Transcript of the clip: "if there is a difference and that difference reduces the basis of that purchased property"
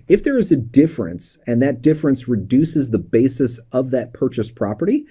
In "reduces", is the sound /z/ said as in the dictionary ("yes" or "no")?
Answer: yes